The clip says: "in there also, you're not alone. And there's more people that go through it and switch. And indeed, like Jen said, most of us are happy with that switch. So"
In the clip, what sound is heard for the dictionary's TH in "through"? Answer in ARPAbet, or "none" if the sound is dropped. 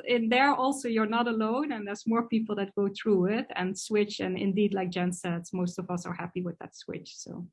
TH